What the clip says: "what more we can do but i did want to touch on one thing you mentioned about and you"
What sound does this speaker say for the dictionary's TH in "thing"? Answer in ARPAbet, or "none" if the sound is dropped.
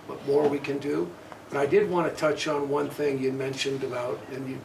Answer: TH